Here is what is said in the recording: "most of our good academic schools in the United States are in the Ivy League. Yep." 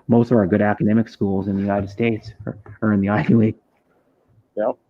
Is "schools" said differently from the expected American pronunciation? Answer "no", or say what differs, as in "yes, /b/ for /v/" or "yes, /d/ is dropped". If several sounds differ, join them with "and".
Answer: no